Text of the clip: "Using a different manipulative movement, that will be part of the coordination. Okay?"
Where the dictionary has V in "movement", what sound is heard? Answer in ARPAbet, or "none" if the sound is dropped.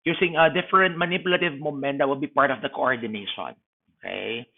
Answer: none